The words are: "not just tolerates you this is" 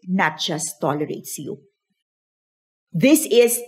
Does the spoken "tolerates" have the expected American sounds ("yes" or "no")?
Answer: yes